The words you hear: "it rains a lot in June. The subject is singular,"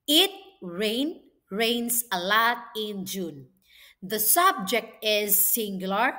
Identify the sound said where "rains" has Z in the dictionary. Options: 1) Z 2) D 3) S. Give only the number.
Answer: 3